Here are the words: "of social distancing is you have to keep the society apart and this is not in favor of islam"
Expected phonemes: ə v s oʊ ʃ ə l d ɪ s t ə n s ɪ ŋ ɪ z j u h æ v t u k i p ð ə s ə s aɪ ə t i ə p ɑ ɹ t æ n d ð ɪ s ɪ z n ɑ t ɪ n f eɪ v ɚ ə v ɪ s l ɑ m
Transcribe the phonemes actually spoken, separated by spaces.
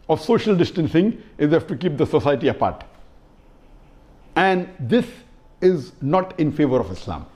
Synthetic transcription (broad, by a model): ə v s oʊ ʃ ə l d ɪ s t ə n s ɪ ŋ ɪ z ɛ f t u k i p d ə s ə s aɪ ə t i ə p ɑ ɹ t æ n d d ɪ s ɪ z n ɑ t ɪ n f eɪ v ɚ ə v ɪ s l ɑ m